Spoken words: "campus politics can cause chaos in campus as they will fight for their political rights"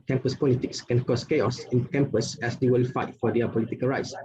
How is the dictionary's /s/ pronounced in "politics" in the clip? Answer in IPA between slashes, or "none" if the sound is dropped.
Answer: /s/